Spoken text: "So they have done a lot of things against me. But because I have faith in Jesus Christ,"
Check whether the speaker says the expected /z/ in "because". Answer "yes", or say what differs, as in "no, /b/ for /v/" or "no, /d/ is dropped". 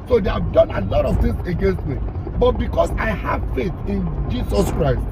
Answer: no, /s/ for /z/